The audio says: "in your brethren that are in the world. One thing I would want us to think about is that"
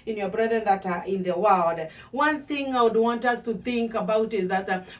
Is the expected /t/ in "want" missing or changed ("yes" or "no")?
no